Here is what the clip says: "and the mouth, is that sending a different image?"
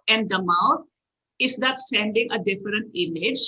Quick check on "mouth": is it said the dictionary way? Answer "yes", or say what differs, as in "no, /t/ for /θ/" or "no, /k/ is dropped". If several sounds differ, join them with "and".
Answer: no, /t/ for /θ/